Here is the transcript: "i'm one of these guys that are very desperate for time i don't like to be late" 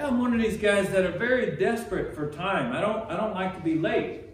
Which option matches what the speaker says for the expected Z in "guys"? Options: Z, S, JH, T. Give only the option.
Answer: Z